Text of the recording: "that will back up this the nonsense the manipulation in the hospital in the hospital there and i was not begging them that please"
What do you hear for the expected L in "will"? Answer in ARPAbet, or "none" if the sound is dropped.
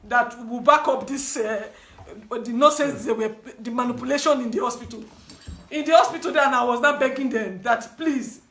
W